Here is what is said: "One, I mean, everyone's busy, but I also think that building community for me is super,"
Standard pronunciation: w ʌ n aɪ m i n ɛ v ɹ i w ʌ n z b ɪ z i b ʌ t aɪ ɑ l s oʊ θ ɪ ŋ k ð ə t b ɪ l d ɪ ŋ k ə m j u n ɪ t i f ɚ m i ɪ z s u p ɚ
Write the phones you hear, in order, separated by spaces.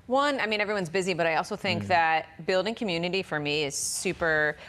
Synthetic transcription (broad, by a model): w ʌ n aɪ m i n ɛ v ɹ i w ʌ n z b ɪ z i b ʌ t aɪ ɑ l s oʊ θ ɪ ŋ k ð ə t b ɪ l d ɪ ŋ k ə m j u n ɪ t i f ɚ m i ɪ z s u p ɚ